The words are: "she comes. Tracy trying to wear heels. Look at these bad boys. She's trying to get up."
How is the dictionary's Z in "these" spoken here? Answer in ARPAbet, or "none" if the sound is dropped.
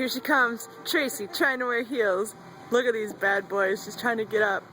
Z